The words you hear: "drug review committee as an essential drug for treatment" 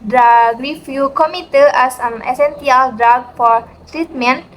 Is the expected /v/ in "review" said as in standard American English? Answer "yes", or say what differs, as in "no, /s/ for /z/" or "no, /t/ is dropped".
no, /f/ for /v/